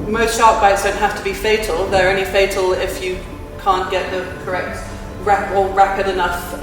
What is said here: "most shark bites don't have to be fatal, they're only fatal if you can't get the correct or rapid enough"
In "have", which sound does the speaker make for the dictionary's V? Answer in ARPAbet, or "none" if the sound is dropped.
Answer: F